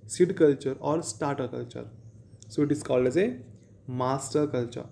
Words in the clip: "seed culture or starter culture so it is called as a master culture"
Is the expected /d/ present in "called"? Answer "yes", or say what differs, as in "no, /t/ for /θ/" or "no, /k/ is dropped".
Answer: no, /d/ is dropped